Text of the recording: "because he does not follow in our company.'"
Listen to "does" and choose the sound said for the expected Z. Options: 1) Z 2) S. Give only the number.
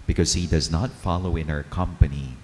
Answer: 1